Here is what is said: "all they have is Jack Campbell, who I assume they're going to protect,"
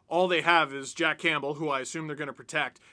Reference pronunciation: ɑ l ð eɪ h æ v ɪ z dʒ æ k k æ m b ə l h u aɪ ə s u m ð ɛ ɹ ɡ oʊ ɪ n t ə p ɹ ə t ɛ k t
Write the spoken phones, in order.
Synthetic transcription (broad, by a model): ɑ l ð eɪ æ v ɪ z dʒ æ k k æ m b l h u aɪ ə s u m ð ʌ ɹ ɡ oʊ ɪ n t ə p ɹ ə t ɛ k t